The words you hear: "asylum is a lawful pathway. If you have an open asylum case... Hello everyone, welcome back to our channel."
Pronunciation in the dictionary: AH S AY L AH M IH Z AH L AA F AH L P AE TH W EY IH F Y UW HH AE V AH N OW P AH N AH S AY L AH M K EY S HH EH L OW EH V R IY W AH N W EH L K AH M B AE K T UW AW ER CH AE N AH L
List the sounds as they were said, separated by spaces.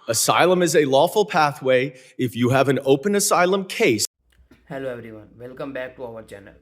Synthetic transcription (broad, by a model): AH S AY L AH M IH Z AH L AA F AH L P AE TH W EY IH F Y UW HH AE V AH N OW P AH N AH S AY L AH M K EY S HH EH L OW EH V R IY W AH N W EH L K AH M B AE K T UW AW ER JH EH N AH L